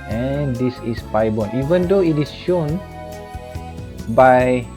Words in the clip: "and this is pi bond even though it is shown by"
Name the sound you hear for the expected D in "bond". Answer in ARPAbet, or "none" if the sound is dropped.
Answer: none